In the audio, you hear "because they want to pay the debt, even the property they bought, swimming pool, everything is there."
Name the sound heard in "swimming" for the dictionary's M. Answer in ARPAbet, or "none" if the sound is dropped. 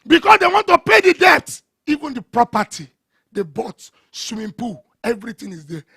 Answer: none